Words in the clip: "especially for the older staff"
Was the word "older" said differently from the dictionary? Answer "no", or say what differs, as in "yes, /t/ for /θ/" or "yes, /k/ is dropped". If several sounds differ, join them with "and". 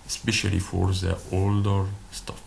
no